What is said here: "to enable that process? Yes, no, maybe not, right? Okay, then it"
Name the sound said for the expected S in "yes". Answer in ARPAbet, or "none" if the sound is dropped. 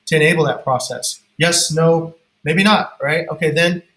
S